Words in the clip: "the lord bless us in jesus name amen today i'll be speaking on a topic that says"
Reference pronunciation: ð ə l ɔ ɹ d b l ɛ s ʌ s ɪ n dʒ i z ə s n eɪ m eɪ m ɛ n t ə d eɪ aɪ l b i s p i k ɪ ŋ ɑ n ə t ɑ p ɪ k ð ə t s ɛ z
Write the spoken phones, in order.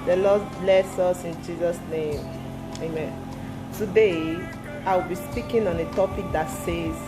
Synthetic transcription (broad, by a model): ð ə l ɔ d b l ɛ s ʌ s ɪ n dʒ i z ə s n eɪ m eɪ m ɛ n t ə d eɪ aɪ w b i s p i k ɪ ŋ ɑ n ə t ɑ p ɪ k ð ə t s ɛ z